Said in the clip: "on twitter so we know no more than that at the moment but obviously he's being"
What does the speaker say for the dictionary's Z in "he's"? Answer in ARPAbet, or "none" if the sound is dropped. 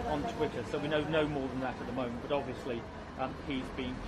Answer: Z